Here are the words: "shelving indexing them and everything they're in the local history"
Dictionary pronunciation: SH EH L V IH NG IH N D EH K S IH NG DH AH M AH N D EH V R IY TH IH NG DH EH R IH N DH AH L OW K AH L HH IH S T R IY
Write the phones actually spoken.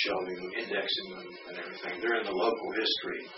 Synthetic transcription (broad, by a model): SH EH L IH IH N D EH K S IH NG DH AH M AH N EH V R IY TH IH NG DH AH R IH N DH AH L OW K L HH IH S T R IY